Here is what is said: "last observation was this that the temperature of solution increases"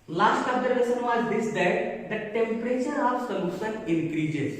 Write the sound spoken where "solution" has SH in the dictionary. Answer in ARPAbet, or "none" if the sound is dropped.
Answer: S